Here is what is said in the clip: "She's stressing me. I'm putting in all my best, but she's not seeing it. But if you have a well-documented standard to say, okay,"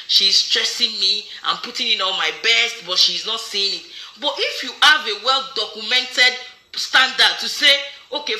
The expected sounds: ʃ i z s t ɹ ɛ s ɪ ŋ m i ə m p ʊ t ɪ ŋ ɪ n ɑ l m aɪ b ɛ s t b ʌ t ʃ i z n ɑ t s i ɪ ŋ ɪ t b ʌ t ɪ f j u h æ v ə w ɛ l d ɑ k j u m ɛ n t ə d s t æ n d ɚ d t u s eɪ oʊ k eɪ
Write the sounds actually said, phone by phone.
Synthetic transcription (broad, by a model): ʃ i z s t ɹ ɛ s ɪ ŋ m i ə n p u t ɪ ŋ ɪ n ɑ n m aɪ b ɛ s t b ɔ t ʃ i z n ɑ t s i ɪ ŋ ɪ t b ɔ t ɪ f j u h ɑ v ə w ɛ l d ɑ k j u m ɛ n t ə d s t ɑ n d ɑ d t u s eɪ oʊ k eɪ